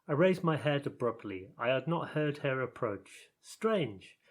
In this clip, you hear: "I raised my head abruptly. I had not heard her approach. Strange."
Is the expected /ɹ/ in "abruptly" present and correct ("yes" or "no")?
yes